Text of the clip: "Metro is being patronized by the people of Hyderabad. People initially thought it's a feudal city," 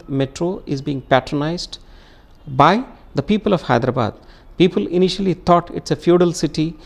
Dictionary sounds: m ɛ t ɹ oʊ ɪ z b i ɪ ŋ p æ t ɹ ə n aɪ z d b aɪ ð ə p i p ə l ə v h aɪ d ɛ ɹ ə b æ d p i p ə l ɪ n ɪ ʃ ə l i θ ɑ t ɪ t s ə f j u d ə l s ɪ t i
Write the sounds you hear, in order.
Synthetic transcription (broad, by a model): m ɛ t ɹ oʊ ɪ z b i ɪ ŋ p æ t ɹ ə n aɪ z d b aɪ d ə p i p ə l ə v h aɪ d ɹ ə b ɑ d p i p ə l ɪ n ɪ ʃ ə l i t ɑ t ɪ t s ə f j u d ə l s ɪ t i